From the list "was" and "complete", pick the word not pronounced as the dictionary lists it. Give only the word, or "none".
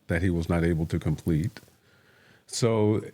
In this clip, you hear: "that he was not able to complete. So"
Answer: none